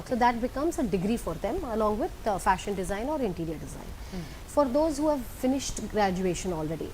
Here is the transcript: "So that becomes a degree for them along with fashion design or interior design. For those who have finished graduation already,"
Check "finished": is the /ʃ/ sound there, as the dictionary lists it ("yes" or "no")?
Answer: yes